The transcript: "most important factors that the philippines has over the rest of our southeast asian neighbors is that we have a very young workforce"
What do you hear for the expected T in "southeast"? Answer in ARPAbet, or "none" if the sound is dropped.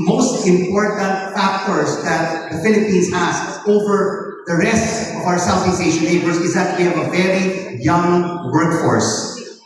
none